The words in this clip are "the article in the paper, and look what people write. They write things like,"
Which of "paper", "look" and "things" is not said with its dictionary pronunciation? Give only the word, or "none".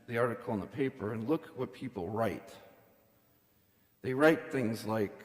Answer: none